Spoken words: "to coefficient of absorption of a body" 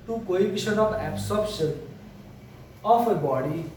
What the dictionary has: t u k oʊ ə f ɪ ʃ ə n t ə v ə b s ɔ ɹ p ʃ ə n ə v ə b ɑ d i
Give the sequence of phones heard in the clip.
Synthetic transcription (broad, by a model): t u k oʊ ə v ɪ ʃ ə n ə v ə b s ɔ ɹ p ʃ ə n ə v ə b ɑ d i